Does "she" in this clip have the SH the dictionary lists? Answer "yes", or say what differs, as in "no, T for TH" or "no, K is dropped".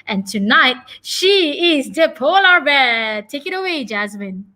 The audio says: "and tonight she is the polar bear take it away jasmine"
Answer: yes